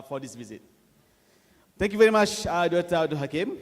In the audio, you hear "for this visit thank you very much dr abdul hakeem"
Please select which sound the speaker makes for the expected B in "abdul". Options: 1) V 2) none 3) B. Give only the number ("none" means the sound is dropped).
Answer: 2